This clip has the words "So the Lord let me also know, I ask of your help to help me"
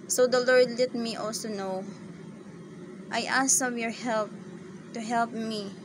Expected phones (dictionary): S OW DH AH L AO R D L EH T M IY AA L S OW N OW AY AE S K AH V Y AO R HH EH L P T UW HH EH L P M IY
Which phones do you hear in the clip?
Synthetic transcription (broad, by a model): S OW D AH L AO R D L EH T M IY AA L S OW N OW AY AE S AH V Y AO R HH EH L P T UW HH EH L P M IY